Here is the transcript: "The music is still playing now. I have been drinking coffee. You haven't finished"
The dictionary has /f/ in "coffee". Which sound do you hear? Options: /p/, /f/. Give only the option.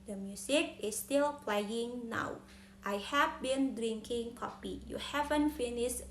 /p/